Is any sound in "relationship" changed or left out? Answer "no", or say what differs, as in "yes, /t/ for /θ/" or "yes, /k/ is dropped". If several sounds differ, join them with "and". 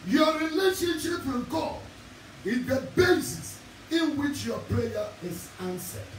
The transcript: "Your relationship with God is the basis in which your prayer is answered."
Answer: no